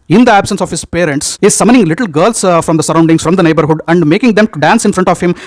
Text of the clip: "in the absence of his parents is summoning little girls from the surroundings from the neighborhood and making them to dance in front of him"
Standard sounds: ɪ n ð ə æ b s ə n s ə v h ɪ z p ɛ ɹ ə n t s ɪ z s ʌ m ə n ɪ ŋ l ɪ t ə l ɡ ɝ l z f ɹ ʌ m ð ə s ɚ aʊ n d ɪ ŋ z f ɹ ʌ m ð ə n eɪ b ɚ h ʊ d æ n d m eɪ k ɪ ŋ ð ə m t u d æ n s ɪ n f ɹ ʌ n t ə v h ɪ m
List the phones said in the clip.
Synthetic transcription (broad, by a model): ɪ n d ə æ b s ə n s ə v h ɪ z p ɛ ɹ ə n t s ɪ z s ʌ m ə n ɪ ŋ l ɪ t l ɡ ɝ l s f ɹ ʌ m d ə s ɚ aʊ n d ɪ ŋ s f ɹ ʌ m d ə n eɪ b ɚ h ʊ d æ n d m eɪ k ɪ ŋ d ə m t u d æ n s ɪ n f ɹ ʌ n t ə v h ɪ m